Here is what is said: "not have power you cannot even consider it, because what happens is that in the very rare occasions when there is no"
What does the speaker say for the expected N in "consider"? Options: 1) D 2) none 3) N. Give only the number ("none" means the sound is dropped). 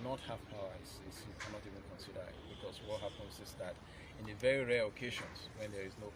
3